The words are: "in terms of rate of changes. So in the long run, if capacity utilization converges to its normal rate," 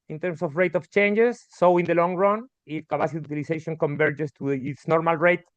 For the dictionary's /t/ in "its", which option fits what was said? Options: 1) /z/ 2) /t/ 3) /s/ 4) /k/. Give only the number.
2